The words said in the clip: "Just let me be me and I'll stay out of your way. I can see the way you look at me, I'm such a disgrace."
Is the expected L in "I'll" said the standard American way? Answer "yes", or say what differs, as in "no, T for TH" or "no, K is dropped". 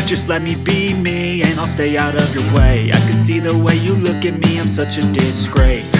yes